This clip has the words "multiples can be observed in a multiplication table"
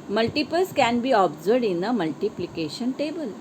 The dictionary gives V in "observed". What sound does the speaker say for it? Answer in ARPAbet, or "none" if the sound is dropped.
none